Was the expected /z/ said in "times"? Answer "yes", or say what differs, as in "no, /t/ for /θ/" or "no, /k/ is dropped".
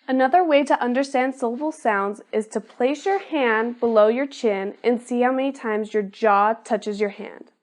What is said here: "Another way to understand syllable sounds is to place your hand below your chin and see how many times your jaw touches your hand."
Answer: yes